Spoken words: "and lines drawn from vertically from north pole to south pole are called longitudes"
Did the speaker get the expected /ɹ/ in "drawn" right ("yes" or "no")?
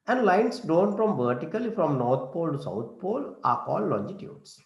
no